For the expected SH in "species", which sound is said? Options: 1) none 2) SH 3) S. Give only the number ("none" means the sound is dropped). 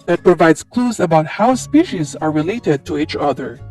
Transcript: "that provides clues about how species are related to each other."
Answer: 2